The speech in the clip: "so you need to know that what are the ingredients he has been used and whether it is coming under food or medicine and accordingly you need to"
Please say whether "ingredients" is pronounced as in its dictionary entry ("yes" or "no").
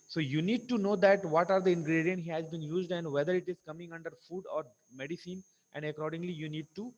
no